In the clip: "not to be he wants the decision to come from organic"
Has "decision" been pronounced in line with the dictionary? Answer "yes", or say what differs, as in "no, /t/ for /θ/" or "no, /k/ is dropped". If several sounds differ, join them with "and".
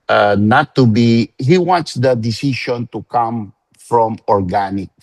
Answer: no, /ʃ/ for /ʒ/